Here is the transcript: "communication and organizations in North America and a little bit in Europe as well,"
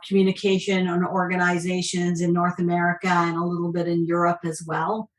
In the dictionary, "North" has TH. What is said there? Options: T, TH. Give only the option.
TH